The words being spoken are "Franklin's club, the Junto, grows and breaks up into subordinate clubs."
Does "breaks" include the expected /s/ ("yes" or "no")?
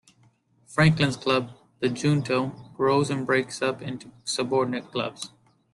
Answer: yes